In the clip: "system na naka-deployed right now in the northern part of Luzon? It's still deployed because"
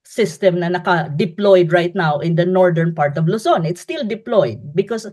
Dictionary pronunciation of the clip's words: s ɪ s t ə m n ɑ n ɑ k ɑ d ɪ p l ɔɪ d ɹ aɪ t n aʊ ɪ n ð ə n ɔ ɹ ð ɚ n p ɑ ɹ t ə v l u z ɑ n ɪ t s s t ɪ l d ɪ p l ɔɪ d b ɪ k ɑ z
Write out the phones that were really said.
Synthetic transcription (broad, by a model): s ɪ s t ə m n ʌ n ɑ k ɑ d ɪ p l ɔɪ d ɹ aɪ t n aʊ ɪ n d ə n ɔ ɹ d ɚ n p ɑ ɹ t ə v l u s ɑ n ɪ t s s t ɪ l d ɪ p l ɔɪ d b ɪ k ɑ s